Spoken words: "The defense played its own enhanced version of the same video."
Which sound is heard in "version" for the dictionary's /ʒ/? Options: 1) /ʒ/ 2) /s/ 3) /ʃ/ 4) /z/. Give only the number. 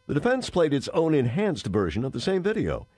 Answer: 1